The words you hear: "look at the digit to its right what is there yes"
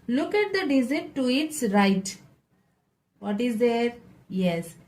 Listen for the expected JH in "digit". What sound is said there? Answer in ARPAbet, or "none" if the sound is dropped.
Z